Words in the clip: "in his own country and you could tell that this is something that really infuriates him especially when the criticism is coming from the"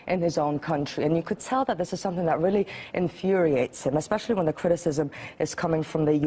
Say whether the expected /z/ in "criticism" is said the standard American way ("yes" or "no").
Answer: yes